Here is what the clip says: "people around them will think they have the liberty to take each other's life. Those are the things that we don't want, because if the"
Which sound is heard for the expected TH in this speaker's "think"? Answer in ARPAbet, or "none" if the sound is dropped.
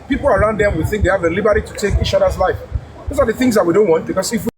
TH